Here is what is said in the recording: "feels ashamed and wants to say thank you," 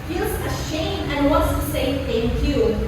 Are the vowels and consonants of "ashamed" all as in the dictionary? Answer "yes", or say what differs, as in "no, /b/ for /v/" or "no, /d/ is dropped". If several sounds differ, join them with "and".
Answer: no, /d/ is dropped